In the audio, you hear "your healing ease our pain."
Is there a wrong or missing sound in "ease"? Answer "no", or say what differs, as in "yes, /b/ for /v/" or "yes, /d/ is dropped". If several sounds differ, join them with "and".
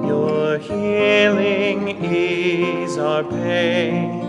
no